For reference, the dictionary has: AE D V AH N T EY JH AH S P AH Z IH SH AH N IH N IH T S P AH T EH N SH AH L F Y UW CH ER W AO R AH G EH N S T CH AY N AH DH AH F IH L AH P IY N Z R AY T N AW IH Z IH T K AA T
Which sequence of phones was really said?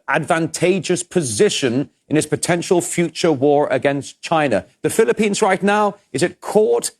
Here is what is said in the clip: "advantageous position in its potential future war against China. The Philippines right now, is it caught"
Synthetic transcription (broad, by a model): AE D V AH N T EY JH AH S P AH Z IH SH AH N IH N IH T S P AH T EH N SH AH L F Y UW CH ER W AO R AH G EH N S CH AY N AH DH AH F IH L AH P IY N Z R AY T N AW IH Z IH T K AA T